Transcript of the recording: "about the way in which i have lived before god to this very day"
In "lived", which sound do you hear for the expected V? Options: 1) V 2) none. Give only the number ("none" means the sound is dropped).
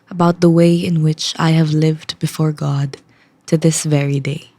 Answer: 1